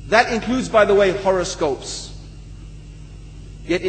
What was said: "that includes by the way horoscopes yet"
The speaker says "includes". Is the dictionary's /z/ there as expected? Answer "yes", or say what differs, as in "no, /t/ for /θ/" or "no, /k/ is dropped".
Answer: yes